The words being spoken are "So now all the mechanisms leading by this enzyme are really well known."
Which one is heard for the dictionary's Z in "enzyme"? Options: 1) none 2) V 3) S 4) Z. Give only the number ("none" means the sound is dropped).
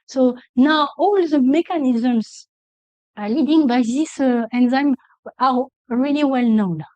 4